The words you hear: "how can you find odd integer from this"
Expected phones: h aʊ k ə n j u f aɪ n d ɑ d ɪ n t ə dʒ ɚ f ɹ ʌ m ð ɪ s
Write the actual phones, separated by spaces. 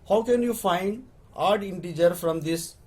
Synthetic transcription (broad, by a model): h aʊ k ə n j u f aɪ n d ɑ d ɪ n t ə dʒ ɚ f ɹ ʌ m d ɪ s